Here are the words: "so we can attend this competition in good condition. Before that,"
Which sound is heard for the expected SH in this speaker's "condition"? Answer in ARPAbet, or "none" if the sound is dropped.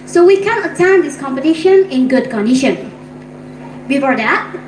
SH